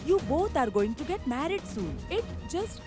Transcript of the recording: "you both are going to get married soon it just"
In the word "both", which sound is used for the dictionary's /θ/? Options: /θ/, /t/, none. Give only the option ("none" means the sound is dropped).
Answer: /t/